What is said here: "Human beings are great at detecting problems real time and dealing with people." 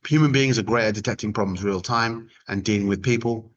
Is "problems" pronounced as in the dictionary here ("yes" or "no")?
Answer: yes